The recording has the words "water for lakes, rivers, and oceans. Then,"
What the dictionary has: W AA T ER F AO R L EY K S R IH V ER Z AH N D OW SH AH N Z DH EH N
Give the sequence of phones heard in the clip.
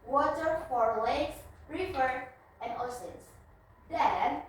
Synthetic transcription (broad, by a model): W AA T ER F AO R L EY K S R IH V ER AH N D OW S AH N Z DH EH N